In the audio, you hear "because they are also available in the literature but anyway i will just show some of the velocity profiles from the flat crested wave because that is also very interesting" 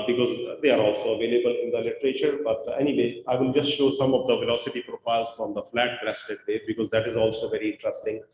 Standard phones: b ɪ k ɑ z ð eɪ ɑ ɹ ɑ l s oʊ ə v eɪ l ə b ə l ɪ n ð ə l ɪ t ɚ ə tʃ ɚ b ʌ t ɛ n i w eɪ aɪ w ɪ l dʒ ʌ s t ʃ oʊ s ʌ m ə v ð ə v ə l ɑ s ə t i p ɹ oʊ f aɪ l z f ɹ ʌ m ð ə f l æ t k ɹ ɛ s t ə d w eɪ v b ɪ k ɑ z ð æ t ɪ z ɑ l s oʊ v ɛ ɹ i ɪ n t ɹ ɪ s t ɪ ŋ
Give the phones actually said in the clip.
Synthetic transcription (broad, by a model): b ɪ k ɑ z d eɪ ɑ ɹ ɑ l s oʊ ə v eɪ l ə b ə l ɪ n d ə l ɪ t ɚ ə tʃ ɚ b ʌ t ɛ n i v eɪ aɪ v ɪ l dʒ ʌ s t ʃ oʊ s ʌ m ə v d ə v ə l ɑ s ə t i p ɹ oʊ f aɪ l z f ɹ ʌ m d ə f l æ t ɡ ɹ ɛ s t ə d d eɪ b ɪ k ɑ z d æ t ɪ z ɑ l s oʊ v ɛ ɹ i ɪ n t ɹ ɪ s t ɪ ŋ